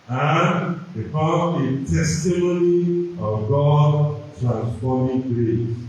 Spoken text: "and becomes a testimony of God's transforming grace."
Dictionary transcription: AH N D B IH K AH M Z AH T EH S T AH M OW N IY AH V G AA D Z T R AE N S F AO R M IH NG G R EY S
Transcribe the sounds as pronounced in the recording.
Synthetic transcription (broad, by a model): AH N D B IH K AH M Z AH T EH S T AH M OW N IY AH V G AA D T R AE N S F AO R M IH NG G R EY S